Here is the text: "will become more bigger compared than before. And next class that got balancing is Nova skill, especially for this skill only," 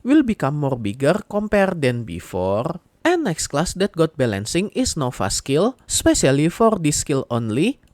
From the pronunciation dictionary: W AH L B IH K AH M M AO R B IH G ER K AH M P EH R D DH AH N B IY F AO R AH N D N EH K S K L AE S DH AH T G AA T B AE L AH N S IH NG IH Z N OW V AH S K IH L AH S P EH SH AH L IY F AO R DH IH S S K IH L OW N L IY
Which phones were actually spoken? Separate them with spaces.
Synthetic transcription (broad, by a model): W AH L B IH K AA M M AO R B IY G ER K AH M P EH R D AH N B IY F AO R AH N N EH K S K L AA S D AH T G AA T B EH L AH N S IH NG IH S N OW F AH S K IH L S P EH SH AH L IY F AO R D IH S S K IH L OW N L IY